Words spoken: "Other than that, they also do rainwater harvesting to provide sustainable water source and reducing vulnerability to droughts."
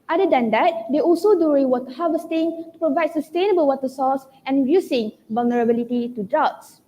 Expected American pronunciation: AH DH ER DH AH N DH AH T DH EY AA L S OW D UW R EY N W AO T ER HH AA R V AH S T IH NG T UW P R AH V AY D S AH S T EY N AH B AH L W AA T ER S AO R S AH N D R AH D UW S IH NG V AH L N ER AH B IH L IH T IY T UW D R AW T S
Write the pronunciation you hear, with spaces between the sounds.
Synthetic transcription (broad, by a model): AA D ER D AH N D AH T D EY AA L S OW D UW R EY W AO T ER HH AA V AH S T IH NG T UW P R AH V AY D S AH S T EY N AH B AH L W AA T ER S AO S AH N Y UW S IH NG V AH L N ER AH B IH L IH T IY T UW D R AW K S